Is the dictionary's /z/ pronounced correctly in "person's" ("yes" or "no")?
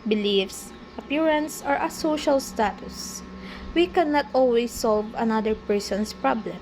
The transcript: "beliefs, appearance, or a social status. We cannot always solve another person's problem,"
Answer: no